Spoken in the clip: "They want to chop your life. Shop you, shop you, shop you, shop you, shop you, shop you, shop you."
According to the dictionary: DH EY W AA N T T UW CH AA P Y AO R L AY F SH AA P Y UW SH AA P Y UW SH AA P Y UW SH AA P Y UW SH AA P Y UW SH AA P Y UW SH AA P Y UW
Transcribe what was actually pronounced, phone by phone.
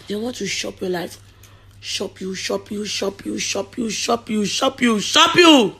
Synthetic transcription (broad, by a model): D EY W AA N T T UW SH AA P Y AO L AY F SH AA P Y UW SH AA P Y UW SH AA P Y UW SH AA P Y UW SH AA P Y UW SH AA P Y UW SH AA P Y UW